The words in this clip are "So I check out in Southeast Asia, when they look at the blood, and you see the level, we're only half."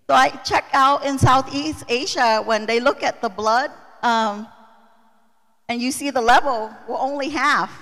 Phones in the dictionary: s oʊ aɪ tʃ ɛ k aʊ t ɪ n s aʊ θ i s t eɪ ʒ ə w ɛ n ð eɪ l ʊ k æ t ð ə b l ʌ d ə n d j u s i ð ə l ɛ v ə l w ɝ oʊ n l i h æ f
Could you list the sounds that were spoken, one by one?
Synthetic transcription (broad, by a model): s oʊ aɪ tʃ ɛ k aʊ t ɪ n s aʊ θ i s t eɪ ʒ ə w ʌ n ð eɪ l ʊ k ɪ t ð ə b l ʌ d ə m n j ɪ s i ð ə l ɛ v l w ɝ oʊ n l i h æ f